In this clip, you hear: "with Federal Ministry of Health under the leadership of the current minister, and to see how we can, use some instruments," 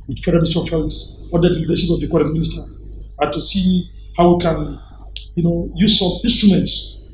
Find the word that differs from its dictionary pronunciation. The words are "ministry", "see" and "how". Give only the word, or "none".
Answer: ministry